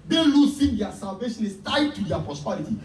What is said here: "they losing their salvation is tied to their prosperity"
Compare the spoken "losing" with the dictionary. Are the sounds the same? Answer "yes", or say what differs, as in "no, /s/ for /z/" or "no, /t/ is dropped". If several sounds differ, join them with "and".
no, /s/ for /z/